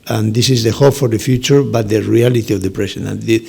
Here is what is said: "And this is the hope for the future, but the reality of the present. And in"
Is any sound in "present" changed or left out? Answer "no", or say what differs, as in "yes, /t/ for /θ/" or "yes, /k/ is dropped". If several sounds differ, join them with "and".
yes, /s/ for /z/ and /t/ is dropped